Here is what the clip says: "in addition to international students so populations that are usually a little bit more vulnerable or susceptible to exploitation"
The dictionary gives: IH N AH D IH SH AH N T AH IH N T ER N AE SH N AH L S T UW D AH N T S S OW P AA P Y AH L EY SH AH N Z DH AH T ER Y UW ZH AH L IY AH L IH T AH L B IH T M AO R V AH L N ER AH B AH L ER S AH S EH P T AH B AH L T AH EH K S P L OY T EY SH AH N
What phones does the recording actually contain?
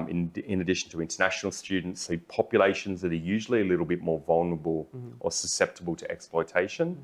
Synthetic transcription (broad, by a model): IH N AH D IH SH AH N T AH IH N T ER N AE SH N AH L S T UW D N T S S OW P AA P Y AH L EY SH AH N Z DH AH T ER Y UW ZH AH L IY AH L IH T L B IH T M AO R V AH L N ER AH B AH L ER S AH S EH P T AH B AH L T AH EH K S P L OY T EY SH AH N